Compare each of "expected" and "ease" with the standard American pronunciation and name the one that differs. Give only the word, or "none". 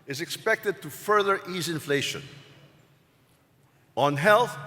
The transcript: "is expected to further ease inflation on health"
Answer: none